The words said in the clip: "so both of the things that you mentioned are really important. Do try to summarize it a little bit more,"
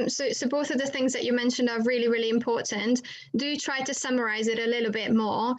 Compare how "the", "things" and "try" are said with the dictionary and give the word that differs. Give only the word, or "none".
none